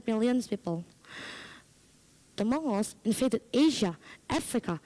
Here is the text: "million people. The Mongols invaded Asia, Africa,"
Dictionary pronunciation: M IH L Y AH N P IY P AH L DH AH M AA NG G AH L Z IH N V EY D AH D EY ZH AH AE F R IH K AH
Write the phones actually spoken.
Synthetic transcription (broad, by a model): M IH L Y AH N P IY P AH L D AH M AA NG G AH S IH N F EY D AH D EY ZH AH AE F R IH K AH